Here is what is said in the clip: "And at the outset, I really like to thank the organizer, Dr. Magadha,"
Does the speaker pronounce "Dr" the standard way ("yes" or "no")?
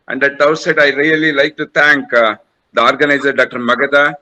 yes